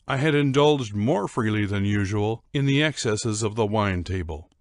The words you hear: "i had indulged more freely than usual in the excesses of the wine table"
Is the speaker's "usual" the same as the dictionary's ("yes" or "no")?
yes